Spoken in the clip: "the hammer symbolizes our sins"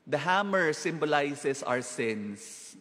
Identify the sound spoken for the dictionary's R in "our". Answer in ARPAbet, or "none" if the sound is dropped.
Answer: W